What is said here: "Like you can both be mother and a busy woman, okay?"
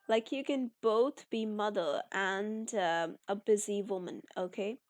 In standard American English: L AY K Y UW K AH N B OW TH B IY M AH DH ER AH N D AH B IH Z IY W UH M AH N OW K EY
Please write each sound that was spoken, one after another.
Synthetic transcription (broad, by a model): L AY K Y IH K AH N B OW TH B IY M AH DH ER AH N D AH B IH Z IY W UH M AH N OW K EY